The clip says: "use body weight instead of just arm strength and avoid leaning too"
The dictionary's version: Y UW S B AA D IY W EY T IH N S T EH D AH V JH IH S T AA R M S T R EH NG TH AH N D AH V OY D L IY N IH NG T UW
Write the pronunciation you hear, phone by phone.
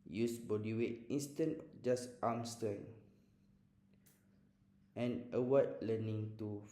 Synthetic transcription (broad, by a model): Y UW S B AA D IY W EY T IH N S T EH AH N JH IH S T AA M S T EH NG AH N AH W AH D L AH N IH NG T UW